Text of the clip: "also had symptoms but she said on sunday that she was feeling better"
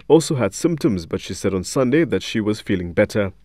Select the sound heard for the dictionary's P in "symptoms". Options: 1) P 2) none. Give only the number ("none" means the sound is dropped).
1